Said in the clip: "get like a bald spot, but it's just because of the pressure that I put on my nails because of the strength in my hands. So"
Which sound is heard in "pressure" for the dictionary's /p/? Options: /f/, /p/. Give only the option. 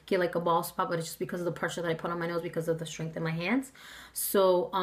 /p/